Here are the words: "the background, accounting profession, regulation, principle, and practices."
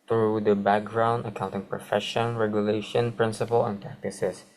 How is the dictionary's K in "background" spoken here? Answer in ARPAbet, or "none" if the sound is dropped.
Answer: K